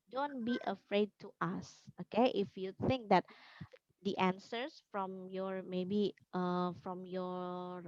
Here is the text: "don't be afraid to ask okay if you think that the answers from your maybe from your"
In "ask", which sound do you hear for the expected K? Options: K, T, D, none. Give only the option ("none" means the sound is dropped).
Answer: none